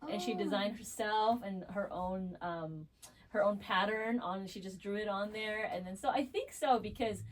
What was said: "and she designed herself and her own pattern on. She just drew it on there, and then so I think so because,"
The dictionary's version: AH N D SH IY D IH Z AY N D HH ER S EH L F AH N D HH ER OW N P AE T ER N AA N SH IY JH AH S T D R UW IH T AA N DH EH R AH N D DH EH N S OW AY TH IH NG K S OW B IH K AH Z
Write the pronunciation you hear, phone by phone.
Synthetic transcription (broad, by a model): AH N SH IY D IH Z AY N D HH ER S EH L F AH N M HH ER OW N P AE T ER N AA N SH IY JH AH S D R UW IH T N DH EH R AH N DH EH N S OW AY TH IH NG K S OW B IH K AH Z